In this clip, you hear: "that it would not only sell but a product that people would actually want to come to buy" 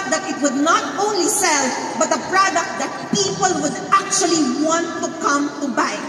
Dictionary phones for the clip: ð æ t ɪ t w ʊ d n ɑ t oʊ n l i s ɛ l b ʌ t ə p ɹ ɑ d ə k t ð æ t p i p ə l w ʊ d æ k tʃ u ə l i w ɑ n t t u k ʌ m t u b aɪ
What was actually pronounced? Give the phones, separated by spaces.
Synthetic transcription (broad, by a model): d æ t ɪ t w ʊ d n ɑ t oʊ n l i s ɛ l b ʌ t ə p ɹ ɑ d ə k t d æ t p i p ə l w ʊ d æ k tʃ u ə l i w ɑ n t t u k ʌ m t u b aɪ